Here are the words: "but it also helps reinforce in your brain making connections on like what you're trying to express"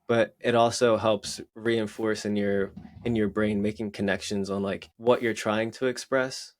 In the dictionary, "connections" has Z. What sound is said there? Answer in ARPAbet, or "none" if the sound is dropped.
Z